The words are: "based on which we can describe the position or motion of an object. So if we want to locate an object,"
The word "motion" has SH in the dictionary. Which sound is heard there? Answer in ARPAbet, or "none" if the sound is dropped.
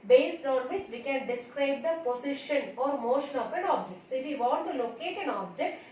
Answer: SH